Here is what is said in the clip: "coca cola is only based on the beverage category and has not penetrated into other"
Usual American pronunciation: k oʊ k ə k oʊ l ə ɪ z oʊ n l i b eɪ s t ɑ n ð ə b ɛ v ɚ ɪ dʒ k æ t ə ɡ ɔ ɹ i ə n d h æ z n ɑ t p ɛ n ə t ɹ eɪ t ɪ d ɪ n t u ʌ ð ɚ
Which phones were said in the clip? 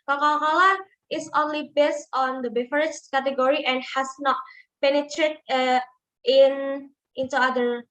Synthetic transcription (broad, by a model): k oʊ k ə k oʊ l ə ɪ s oʊ n l i b eɪ s t ɑ n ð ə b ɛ f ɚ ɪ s k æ t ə ɡ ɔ ɹ i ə n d h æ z n ɑ t p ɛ n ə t ɹ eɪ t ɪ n ɪ n t u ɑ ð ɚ